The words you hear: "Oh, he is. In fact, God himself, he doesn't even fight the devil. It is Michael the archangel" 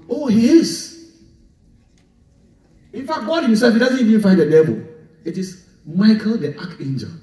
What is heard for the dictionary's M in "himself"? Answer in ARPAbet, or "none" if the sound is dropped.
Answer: none